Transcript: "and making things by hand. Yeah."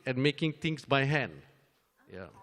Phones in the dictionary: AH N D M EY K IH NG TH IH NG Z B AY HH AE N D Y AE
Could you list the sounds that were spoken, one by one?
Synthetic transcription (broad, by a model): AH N M EY K IH NG T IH NG S B AY HH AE N D Y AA